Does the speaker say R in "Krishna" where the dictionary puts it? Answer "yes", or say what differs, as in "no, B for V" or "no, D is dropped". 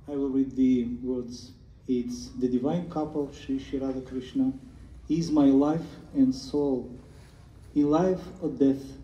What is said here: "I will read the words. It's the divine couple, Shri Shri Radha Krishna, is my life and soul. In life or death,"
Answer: yes